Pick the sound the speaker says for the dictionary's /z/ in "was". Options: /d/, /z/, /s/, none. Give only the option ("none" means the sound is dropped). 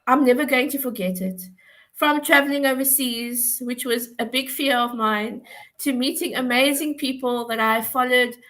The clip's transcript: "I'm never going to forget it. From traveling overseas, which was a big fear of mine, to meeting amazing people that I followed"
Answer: /z/